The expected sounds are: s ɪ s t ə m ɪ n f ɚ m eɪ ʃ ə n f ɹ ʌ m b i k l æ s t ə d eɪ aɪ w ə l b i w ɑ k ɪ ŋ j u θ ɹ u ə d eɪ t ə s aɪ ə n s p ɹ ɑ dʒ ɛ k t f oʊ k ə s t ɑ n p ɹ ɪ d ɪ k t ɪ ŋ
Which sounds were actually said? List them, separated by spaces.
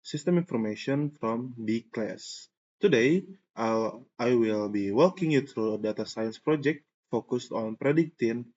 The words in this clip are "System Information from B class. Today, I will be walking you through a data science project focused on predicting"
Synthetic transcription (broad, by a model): s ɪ s t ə m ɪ n f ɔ m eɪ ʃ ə n f ɹ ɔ m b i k l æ s t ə d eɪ aɪ w ə l b i w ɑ k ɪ ŋ j u t ɹ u ə d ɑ t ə s aɪ ə n s p ɹ ɑ dʒ ɛ k t f oʊ k ə s t ɑ n p ɹ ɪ d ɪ k t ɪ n